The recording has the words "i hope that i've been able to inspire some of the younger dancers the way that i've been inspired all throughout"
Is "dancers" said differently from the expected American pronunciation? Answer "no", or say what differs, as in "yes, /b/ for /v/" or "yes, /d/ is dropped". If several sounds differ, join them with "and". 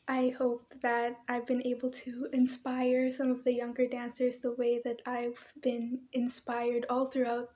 no